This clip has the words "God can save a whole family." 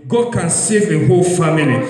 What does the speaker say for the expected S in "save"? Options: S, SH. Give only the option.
S